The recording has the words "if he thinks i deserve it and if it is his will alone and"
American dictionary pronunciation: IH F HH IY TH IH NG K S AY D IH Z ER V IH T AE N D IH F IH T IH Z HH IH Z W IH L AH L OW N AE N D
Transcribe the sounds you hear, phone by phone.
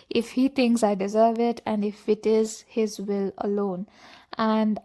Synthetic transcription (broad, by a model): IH F HH IY T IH NG K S AY D IH Z ER V IH T AE N D IH F IH T IH Z HH IH Z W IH L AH L OW N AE N D